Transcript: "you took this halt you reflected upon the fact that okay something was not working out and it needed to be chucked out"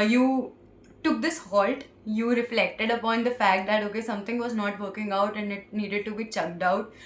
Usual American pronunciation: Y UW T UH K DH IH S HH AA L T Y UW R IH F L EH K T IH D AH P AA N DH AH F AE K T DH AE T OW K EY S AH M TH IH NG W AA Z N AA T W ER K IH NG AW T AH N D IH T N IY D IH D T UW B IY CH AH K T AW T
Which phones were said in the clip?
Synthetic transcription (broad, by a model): Y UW T UH K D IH S HH AA L T Y UW R IH F L EH K T IH D AH P AA N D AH F AE K T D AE T OW K EY S AH M T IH NG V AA Z N AA T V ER K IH NG AW T AH N D IH T N IY D IH D T UW B IY CH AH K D AW T